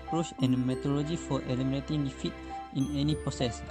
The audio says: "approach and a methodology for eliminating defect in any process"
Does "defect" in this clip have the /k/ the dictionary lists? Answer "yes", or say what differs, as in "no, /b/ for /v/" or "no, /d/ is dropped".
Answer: no, /k/ is dropped